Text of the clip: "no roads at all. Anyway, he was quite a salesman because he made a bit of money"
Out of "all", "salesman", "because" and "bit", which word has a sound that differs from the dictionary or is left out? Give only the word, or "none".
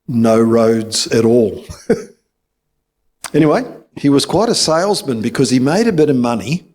none